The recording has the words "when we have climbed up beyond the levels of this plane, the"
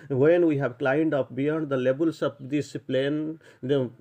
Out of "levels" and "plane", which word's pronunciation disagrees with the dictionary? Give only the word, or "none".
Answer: levels